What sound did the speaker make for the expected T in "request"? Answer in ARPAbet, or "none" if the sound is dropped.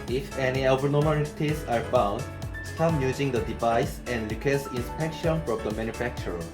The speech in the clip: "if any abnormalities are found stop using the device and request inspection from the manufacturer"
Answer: none